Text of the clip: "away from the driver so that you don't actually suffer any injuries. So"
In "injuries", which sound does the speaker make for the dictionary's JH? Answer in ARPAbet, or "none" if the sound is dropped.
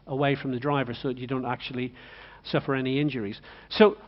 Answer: JH